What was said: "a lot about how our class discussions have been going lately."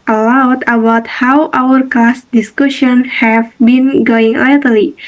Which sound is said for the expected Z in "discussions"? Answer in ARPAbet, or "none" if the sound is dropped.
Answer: none